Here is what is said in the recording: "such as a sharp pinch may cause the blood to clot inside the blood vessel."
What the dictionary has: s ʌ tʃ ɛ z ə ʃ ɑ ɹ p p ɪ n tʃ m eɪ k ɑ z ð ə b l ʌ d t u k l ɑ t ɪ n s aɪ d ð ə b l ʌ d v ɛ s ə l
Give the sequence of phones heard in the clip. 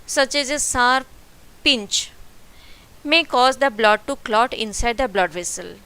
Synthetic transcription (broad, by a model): s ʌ tʃ ɛ z ə s ɑ ɹ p p ɪ n tʃ m eɪ k ɑ z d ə b l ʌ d t u k l ɑ t ɪ n s aɪ d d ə b l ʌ d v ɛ s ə l